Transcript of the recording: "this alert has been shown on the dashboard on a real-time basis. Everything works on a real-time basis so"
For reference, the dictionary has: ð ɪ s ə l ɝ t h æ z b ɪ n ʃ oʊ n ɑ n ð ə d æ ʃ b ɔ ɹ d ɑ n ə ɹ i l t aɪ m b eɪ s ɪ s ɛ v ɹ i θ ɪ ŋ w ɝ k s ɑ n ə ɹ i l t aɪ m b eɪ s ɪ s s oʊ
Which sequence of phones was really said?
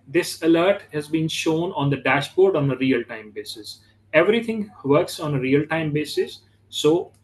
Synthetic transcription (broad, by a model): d ɪ s ə l ɝ t h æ z b ɪ n ʃ oʊ n ɑ n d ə d æ ʃ b ɔ ɹ d ɑ n ə ɹ i l t aɪ m b eɪ s ɪ s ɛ v ɹ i t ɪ ŋ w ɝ k s ɑ n ə ɹ i l t aɪ m b eɪ s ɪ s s oʊ